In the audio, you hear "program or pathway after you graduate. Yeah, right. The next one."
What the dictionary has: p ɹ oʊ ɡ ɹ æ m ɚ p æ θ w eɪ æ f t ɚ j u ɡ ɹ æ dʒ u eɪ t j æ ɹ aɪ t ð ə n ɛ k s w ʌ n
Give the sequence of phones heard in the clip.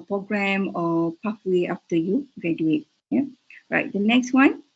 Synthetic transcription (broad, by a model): p ɹ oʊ ɡ ɹ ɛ m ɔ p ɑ f w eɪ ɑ f t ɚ j u ɡ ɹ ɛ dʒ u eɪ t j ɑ ɹ aɪ t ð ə n ɛ k s w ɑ n